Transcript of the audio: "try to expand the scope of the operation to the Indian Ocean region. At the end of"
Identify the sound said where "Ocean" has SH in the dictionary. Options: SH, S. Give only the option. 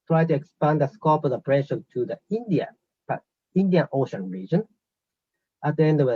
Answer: SH